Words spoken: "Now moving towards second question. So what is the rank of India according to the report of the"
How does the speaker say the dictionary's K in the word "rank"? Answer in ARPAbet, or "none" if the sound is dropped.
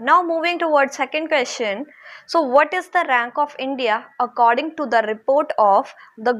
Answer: K